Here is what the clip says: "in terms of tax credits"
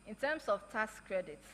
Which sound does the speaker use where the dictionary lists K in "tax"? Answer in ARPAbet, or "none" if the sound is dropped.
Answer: none